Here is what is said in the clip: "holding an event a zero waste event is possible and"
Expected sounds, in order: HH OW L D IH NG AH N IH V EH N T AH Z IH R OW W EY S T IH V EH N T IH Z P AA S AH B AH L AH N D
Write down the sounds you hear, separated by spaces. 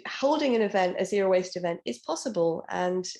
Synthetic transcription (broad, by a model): HH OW L D IH NG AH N IH V EH N T AH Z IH R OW W EY S T IH V EH N T IH Z P AA S AH B AH L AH N